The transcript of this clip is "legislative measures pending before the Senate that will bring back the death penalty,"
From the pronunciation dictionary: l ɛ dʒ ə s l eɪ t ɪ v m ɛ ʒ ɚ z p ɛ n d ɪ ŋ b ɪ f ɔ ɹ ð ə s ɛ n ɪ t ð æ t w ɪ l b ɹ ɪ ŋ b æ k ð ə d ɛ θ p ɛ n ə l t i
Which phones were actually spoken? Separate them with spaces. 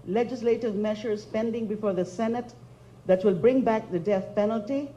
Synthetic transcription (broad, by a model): l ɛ dʒ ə s l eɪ t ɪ v m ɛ ʃ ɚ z p ɛ n d ɪ ŋ b ɪ f ɔ ɹ ð ə s ɛ n ɪ t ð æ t w ɪ l b ɹ ɪ ŋ b æ k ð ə d ɛ θ p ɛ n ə l t i